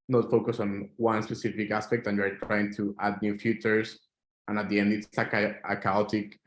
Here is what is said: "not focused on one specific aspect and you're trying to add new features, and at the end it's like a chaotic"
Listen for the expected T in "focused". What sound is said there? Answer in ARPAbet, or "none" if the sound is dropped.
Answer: none